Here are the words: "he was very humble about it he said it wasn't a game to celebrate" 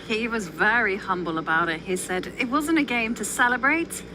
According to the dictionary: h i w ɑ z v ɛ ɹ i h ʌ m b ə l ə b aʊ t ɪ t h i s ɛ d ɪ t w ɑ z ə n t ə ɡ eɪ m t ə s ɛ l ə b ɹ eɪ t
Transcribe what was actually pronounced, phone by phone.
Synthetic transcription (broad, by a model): h i w ɑ z v ɛ ɹ i h ʌ m b ə l ə b aʊ t ɪ t h i s ɛ d ɪ t w ɑ z ə n t ə ɡ eɪ m t ə s ɛ l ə b ɹ eɪ t